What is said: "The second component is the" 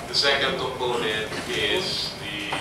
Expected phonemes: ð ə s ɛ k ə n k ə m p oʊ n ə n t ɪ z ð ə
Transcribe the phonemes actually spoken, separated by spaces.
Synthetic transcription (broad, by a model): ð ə s ɛ k ə n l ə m oʊ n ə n ɪ z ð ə